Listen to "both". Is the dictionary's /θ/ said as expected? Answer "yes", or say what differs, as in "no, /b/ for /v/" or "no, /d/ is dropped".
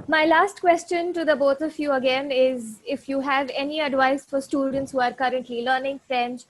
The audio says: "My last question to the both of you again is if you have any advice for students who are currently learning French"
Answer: no, /t/ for /θ/